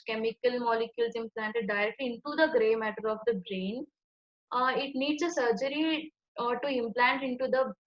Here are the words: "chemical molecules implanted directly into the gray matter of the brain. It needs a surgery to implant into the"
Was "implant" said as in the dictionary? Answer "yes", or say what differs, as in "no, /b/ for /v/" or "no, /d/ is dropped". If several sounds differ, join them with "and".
yes